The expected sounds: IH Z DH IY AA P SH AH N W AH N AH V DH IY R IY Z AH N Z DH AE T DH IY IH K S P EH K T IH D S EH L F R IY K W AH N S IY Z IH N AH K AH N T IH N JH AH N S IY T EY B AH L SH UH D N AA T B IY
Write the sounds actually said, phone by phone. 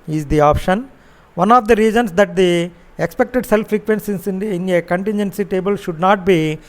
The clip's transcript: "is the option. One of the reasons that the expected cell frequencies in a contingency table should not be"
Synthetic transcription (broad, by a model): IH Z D IY AA P SH AH N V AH N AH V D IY R IY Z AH N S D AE T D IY IH K S P EH K T IH D S EH L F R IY K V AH N S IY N IH N AH K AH N T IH N JH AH N S IY T EY B AH L SH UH D N AA T B IY